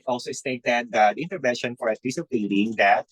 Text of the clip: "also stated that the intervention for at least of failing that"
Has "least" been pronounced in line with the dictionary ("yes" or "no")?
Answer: no